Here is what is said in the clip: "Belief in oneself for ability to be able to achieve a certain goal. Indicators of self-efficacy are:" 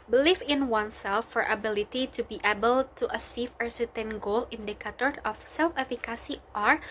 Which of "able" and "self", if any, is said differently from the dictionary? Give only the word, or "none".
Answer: none